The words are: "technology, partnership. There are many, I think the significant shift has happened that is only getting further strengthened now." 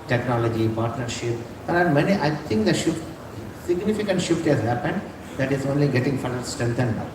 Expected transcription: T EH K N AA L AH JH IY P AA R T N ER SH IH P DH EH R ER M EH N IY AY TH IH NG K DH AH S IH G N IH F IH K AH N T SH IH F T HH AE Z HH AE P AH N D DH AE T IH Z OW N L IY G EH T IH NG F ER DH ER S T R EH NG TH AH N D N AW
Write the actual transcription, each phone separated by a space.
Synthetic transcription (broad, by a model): T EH K N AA L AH JH IY P AA R T N ER SH IH P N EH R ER M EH N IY AY T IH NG K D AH S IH G N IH F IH K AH N T SH IH F T HH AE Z HH AE P AH N D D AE T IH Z OW N L IY G EH T IH NG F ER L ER S T R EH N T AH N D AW